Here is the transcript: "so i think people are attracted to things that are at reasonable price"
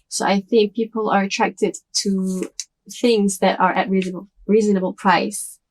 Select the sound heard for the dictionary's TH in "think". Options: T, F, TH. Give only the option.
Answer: TH